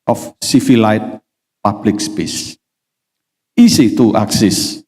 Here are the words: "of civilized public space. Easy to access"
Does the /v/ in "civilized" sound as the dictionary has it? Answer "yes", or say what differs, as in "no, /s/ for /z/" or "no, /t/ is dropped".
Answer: no, /f/ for /v/